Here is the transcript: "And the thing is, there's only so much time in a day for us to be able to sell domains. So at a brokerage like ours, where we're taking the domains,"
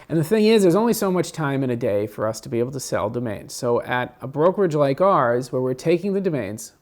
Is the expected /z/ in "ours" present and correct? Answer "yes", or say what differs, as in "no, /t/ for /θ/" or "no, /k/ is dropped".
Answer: yes